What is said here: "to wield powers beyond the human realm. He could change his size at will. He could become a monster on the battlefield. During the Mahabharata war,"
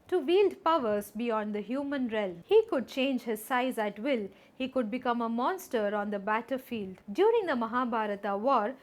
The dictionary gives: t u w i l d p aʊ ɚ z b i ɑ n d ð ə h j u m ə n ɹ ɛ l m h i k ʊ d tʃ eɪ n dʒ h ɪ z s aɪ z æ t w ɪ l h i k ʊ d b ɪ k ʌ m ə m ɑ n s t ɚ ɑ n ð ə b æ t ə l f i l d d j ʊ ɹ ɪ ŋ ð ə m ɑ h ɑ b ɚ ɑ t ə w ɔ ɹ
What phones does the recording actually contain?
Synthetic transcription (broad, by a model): t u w i l d p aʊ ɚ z b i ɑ n d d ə h j u m ə n ɹ ɛ l m h i k ʊ d tʃ eɪ n dʒ h ɪ z s aɪ z æ t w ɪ l h i k ʊ d b ɪ k ʌ m ə m ɑ n s t ɚ ɑ n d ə b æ t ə f i l d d j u ɹ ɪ ŋ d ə m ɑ h ɑ b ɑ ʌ t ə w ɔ ɹ